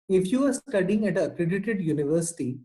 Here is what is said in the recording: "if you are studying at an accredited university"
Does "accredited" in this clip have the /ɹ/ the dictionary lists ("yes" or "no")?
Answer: yes